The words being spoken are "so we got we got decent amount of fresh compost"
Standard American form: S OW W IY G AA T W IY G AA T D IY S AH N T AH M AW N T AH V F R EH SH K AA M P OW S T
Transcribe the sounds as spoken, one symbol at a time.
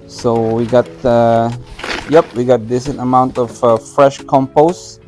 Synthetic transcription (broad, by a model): S OW W IY G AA T W IY G AA T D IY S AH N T AH M AW N T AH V F R EH SH K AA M P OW S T